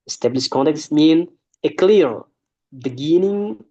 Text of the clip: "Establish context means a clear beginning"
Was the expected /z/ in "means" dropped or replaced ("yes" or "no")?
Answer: yes